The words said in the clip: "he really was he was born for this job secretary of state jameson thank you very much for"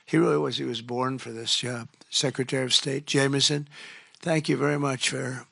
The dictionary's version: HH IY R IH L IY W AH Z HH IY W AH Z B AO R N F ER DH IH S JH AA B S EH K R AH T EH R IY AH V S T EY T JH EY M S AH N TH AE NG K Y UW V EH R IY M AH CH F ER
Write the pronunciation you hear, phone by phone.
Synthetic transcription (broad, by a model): HH IY R IH L IY W AH Z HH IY W AH Z B AO R N F ER DH IH S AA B S EH K R AH T EH R IY AH V S T EY T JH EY M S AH N TH AE NG K Y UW V EH R IY M AH CH F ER